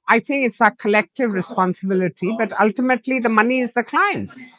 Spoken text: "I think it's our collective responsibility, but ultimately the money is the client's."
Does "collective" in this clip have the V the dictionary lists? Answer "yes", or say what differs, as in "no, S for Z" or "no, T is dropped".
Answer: yes